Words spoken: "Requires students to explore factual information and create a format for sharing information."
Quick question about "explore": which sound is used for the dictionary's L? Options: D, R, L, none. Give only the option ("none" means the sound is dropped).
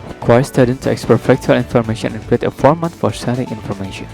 none